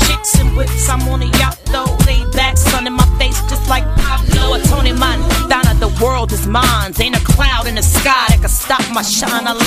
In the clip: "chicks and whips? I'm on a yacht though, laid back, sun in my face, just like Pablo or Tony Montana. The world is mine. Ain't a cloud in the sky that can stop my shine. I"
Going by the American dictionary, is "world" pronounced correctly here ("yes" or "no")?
yes